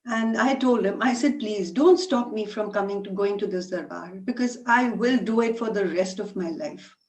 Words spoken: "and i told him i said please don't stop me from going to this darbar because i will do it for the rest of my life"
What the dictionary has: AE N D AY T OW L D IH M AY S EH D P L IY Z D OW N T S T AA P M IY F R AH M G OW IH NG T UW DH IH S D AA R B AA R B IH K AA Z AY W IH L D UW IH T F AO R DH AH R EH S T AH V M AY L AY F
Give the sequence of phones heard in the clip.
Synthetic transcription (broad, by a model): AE N D AY T OW L D IH M AY S EH D P L IY Z D OW N T S T AA P M IY F R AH M G OW IH NG T UW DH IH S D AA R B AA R B IH K AA Z AY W IH L D UW IH T F AO R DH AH R EH S T AH V M AY L AY F